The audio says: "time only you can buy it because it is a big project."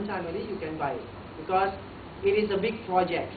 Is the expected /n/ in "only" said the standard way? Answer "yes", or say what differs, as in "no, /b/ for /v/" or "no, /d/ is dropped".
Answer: no, /n/ is dropped